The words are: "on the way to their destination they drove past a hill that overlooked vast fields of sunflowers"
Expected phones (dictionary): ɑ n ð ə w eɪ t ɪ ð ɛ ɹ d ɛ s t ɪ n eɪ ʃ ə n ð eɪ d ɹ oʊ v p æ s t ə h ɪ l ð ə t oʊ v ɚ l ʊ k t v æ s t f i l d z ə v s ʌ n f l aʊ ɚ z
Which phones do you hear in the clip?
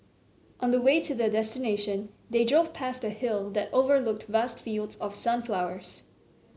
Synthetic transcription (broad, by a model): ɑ n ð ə w eɪ t ɪ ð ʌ d ɛ s t ɪ n eɪ ʃ ə n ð eɪ d ɹ oʊ v p æ s t ə h ɪ l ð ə t oʊ v ɚ l ʊ k t v æ s t f i l d z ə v s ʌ n f l aʊ ɚ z